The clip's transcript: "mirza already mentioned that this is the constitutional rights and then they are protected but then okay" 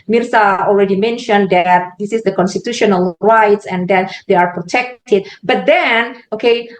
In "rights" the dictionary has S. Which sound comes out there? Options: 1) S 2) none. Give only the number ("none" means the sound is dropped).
1